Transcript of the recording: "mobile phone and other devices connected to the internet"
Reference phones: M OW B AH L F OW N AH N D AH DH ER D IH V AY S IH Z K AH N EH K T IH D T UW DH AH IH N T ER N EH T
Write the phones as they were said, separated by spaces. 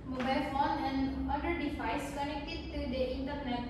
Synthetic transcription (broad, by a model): M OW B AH L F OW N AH N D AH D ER D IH F AY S K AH N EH K T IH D T UW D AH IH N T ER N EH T